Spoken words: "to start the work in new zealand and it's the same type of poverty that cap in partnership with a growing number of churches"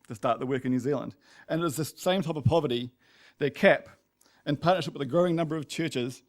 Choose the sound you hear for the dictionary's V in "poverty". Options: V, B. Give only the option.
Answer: V